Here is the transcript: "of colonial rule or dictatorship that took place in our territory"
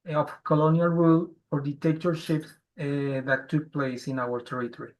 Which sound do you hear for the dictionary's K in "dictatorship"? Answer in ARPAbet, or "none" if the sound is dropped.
none